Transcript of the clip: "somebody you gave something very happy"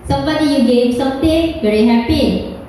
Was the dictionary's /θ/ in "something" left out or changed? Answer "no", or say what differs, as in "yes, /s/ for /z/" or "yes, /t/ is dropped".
yes, /t/ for /θ/